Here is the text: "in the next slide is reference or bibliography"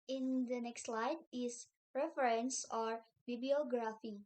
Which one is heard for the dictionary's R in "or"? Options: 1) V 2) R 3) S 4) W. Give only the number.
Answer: 2